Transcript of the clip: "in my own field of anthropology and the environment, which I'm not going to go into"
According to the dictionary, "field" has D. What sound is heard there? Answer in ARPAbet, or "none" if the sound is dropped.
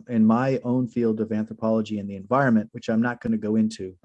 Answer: D